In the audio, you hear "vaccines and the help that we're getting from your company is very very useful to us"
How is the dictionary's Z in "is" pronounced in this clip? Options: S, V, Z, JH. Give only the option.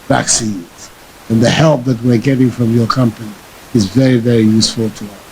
Z